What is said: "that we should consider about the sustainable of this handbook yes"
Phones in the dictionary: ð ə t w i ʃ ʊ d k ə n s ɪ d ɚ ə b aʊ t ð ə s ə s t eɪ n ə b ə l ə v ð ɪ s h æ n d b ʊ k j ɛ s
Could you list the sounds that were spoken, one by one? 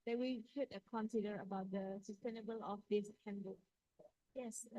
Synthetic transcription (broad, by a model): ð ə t w i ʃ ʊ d k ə n s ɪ d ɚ ə b aʊ t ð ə s ə s t eɪ n ə b ə l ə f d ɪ s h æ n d ʌ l j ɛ s